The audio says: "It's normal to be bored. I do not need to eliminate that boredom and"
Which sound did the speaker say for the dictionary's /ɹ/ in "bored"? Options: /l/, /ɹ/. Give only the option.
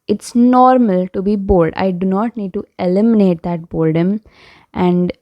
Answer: /l/